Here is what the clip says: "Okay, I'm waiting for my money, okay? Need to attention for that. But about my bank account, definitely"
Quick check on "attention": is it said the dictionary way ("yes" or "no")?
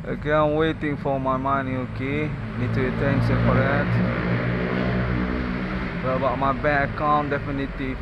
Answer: no